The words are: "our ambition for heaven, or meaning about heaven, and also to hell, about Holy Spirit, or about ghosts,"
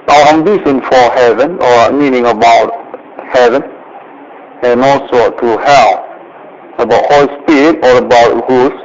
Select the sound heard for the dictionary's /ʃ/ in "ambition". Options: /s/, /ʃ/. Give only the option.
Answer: /s/